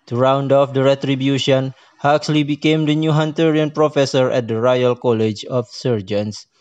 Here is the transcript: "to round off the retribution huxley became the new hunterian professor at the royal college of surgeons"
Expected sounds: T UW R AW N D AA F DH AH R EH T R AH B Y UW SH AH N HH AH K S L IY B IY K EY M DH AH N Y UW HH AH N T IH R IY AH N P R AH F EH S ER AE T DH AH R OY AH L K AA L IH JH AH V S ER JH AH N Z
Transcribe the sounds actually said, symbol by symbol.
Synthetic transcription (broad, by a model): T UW R AW N D AA F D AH R EH T R AH B Y UW SH AH N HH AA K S L IY B IY K EY M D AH N Y UW HH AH N T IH R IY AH N P R AH F EH S ER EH T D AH R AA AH L K AA L IH JH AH F S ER JH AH N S